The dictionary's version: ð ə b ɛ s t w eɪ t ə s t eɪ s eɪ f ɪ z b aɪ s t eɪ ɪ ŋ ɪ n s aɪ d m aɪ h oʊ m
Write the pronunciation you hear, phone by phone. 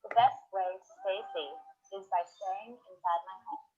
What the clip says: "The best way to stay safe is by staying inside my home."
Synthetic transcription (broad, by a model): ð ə b ɛ s t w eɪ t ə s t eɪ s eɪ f ɪ z b aɪ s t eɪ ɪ ŋ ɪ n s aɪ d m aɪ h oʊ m